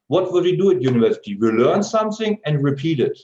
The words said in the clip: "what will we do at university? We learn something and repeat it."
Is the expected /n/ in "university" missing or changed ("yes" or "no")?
no